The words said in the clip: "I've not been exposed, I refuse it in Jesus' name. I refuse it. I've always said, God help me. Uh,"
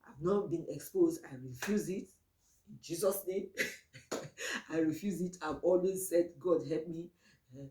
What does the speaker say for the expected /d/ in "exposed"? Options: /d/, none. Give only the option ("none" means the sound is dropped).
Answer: /d/